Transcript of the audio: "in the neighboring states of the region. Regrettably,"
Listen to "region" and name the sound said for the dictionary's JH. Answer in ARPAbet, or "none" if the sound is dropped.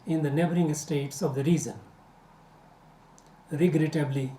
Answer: Z